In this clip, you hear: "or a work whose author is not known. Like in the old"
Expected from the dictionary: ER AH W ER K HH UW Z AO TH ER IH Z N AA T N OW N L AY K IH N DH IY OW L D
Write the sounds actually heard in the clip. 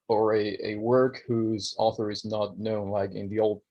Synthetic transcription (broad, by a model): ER AH W ER K HH UW Z AO TH ER IH Z N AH T N OW N L AY K IH N DH IY OW L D